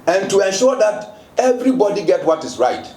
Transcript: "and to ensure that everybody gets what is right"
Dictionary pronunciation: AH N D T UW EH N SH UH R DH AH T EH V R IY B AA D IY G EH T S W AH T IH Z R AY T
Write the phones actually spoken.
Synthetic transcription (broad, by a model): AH N T UW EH N SH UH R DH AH T EH V R IY B AA D IY G EH T W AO T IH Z R AY T